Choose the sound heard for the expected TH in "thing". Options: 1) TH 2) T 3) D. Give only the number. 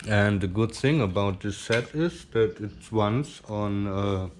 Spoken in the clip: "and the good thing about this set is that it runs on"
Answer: 1